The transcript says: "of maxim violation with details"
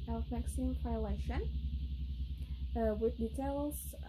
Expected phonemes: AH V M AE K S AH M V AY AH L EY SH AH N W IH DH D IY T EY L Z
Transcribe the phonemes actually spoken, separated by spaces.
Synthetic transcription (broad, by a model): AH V M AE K S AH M F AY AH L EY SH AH N W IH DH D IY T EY L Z